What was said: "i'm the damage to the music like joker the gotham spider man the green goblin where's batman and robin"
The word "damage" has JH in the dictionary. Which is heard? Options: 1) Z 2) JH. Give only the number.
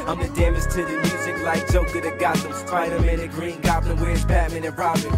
1